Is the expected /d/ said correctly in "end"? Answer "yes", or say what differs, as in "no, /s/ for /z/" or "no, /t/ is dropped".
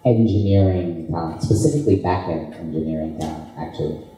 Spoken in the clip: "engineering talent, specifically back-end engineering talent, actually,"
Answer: no, /d/ is dropped